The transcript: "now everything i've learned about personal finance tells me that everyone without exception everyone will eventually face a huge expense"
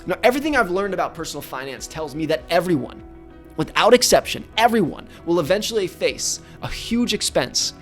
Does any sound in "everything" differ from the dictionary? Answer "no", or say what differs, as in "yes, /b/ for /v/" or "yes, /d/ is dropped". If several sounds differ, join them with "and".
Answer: no